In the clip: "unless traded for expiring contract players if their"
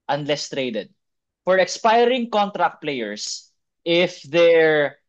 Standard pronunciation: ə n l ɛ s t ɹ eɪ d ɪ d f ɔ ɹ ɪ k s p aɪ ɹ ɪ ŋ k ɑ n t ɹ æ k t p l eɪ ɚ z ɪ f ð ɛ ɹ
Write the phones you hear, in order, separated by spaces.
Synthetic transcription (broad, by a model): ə n l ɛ s t ɹ eɪ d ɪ d f ɔ ɹ ɪ k s p aɪ ɹ ɪ ŋ k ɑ n t ɹ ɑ k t p l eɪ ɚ s ɪ f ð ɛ ɹ